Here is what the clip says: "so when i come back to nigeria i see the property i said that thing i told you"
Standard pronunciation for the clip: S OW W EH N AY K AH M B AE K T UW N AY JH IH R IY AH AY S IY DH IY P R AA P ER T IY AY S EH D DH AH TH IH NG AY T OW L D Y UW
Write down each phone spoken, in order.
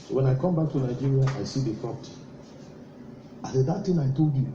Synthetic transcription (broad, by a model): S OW W EH N AY K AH M B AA K T UW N AY JH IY R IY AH AY S IY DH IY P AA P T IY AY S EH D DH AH T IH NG AY T OW L D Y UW